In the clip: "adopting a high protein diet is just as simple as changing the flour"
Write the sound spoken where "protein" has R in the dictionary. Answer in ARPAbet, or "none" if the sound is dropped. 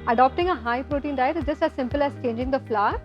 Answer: R